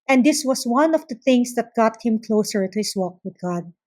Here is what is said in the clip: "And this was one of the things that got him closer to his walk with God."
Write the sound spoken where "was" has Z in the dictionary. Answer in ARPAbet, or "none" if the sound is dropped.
S